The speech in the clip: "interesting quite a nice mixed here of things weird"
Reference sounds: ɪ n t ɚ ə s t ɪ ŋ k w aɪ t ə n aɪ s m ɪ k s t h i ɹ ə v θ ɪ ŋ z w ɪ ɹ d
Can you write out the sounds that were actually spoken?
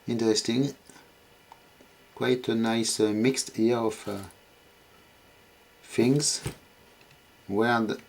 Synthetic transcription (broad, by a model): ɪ n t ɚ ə s t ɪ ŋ k w aɪ t ə n aɪ s m ɪ k s t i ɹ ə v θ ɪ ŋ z w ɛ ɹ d